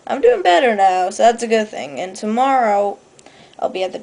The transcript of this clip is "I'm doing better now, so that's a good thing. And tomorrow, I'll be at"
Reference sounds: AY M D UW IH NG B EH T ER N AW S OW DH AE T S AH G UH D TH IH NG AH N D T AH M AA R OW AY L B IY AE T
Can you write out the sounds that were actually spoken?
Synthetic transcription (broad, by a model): AY M D UW IH NG B EH T ER N AW S OW DH AE T S AH G UH D TH IH NG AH N T AH M AA R OW AY L B IY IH T